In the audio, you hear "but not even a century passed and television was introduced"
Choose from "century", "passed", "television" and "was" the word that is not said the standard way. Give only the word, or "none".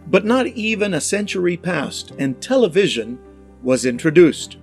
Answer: none